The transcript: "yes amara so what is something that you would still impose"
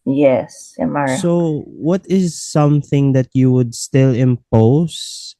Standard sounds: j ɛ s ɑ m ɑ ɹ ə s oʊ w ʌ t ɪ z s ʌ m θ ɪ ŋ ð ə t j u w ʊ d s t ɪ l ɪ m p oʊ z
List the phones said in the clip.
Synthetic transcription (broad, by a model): j ɛ s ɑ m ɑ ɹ s oʊ w ʌ t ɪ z s ʌ m θ ɪ ŋ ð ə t j u w ʊ d s t ɪ l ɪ m p oʊ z